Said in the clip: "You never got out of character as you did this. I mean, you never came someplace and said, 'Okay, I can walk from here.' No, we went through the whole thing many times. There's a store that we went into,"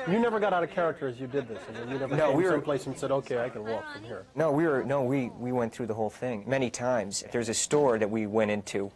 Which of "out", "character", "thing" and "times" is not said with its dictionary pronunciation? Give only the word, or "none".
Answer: none